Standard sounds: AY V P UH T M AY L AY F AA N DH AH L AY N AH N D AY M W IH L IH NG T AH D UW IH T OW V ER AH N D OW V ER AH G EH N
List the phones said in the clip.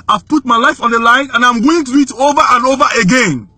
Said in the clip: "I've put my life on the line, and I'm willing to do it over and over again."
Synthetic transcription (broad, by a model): AY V P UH T M AY L AY F AA N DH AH L AY N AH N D AY M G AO IH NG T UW IH T OW V ER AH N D OW V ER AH G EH N